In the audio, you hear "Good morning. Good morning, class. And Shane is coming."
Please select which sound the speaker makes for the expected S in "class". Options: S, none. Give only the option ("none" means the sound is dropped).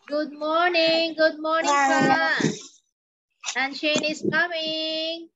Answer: none